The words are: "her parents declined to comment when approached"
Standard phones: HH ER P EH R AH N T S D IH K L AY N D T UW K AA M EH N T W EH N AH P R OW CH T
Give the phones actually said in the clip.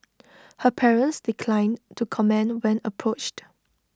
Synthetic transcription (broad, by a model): HH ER P EH R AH N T S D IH K L AY N T UW K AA M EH N W EH N AH P R OW CH T